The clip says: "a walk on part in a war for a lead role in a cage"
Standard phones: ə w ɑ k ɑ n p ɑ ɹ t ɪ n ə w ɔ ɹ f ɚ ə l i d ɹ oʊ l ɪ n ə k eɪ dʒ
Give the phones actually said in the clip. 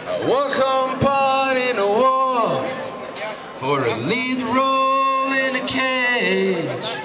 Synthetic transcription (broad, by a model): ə w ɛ k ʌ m p ɑ ɹ t ɪ n ə w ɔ f ɚ ə n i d ɹ oʊ l ɪ n ə k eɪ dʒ